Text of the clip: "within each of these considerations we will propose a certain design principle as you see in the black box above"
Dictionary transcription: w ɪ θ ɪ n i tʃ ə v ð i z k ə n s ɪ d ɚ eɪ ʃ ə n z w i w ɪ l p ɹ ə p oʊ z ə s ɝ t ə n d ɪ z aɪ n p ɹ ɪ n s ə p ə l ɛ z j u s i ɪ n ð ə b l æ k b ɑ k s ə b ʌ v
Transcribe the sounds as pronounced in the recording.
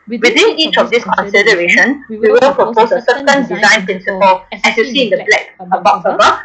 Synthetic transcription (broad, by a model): w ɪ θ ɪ n i tʃ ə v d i s k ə n s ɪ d ɚ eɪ ʃ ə n w i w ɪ l p ɹ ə p oʊ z ə s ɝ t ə n d ɪ z aɪ n p ɹ ɪ n s ə p ə l ɛ s j u s i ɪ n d ə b l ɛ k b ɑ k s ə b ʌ